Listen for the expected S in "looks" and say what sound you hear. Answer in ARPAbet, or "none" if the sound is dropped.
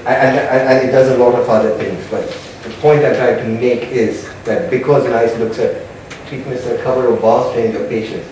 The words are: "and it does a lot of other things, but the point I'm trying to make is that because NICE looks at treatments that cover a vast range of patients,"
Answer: S